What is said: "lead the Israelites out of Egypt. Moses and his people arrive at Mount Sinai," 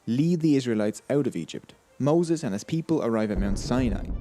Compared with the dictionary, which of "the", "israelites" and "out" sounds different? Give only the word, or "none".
none